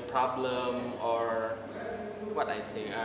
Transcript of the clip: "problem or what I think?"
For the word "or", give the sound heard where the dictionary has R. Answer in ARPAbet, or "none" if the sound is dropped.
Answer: R